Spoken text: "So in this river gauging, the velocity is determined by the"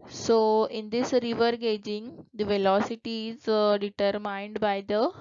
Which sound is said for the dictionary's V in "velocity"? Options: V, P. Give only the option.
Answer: V